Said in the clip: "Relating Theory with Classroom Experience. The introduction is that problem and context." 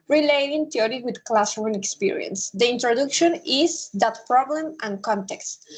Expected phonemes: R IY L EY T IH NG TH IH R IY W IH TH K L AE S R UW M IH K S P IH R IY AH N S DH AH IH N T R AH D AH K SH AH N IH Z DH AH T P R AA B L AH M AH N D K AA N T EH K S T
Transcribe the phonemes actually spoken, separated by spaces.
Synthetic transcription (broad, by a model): R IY L EY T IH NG T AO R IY W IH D K L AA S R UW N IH K S P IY R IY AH N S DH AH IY N T R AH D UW K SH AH N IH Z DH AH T P R AA B L AH M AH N K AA N T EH K S T